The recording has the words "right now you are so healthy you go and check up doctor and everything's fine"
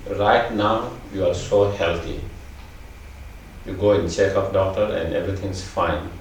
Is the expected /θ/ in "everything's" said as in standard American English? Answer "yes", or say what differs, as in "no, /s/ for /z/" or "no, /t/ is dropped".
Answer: no, /t/ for /θ/